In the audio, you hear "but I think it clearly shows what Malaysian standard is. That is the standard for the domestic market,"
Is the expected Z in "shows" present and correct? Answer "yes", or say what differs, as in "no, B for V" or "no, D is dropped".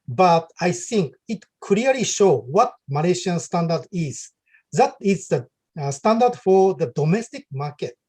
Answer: no, Z is dropped